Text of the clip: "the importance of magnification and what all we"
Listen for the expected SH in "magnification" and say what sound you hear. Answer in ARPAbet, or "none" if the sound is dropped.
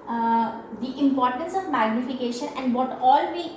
SH